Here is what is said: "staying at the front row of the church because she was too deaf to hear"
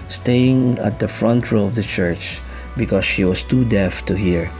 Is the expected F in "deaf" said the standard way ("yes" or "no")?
yes